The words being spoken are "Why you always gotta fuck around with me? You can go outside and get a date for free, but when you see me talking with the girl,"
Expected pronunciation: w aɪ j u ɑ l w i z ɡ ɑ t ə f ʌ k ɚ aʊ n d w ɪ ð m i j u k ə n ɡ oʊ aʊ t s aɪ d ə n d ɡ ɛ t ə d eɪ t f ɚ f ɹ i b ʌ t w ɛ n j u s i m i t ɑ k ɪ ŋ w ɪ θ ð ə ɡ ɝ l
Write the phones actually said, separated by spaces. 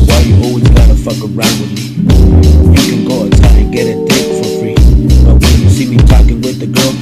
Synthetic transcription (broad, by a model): w aɪ j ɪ ɑ l w i z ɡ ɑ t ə f ʌ k ɚ aʊ n d w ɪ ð m i j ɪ k ə n ɡ oʊ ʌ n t aɪ ə n ɡ ɛ t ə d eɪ f ɚ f ɹ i b ʌ t w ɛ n j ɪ s i m i t ɑ k ɪ ŋ w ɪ ð ə ɡ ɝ l